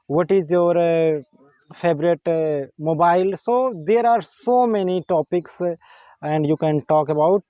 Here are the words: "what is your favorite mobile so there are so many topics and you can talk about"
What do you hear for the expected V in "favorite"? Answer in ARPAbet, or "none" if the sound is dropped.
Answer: B